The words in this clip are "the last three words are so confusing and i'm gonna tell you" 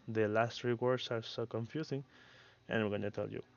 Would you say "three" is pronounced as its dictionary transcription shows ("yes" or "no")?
no